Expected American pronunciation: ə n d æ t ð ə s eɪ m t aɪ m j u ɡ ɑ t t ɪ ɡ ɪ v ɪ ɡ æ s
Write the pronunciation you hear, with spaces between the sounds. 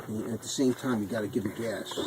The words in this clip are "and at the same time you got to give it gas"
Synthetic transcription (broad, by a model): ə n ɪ t ð ə s eɪ m t aɪ m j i ɡ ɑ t t ɪ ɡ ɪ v ɪ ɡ æ s